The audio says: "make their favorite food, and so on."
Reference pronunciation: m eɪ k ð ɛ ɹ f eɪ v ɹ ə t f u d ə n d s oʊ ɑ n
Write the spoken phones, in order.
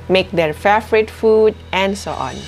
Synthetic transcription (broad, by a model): m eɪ k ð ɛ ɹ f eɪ f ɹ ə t f u d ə n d s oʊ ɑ n